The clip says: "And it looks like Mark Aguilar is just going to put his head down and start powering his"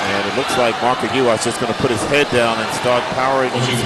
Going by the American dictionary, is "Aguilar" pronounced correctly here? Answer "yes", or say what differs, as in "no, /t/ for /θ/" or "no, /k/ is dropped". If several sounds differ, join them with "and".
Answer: no, /l/ is dropped